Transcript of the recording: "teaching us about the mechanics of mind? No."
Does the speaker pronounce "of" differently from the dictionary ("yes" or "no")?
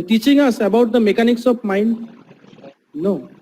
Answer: yes